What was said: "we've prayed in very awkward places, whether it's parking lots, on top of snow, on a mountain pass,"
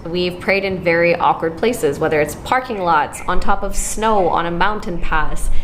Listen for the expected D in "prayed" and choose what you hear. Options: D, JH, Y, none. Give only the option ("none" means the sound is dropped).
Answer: D